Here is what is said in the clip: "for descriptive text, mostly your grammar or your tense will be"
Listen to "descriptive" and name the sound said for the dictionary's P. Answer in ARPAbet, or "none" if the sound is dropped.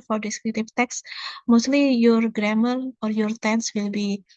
none